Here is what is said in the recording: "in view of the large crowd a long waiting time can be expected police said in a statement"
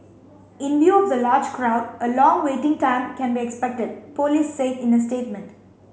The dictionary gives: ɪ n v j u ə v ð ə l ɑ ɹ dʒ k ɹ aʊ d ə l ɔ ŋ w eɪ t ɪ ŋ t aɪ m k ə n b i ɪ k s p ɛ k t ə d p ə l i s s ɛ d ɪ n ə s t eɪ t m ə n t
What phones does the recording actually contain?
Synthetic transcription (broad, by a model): ɪ n v j u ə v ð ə l ɑ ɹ dʒ k ɹ aʊ d ə l ɔ ŋ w eɪ t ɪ ŋ t aɪ m k ə n b i ɪ k s p ɛ k t ə d p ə l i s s ɛ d ɪ n ə s t eɪ t m ə n t